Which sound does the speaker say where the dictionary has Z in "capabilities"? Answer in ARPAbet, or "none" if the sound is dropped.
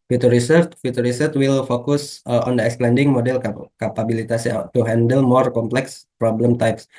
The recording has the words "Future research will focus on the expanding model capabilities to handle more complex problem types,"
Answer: S